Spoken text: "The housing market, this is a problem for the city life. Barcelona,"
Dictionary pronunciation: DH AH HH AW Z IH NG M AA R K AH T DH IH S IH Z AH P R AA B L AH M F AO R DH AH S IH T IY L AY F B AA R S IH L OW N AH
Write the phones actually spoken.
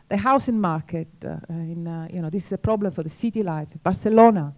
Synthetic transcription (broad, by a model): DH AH HH AW S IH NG M AA R K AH T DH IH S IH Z AH P R AA B L AH M F AO R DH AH S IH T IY L AY F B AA R S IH L OW N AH